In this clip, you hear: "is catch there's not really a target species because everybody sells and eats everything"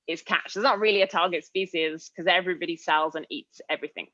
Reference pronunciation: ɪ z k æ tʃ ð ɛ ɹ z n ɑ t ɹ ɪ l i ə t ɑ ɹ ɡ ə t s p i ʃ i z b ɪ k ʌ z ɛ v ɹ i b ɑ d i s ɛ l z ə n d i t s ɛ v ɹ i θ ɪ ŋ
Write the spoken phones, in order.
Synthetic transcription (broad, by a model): ɪ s k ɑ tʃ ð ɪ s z n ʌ t ɹ ɪ l i ə t ɑ ɡ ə t s p i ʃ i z k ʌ z ɛ v ɹ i b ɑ d i s ɛ l z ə n i t s ɛ v ɹ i θ ɪ ŋ